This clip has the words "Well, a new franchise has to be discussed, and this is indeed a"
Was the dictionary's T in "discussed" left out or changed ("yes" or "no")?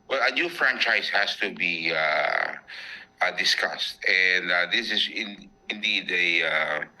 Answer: no